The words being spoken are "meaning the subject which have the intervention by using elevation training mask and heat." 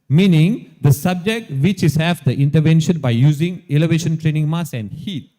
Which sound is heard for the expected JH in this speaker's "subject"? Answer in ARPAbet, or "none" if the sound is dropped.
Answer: JH